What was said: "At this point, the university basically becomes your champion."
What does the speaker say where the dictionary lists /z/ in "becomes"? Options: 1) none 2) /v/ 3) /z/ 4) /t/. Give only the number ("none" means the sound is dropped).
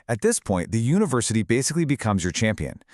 3